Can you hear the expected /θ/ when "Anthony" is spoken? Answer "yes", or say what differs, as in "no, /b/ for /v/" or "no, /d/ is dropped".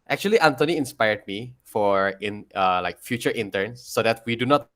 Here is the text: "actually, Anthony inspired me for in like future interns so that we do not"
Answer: no, /t/ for /θ/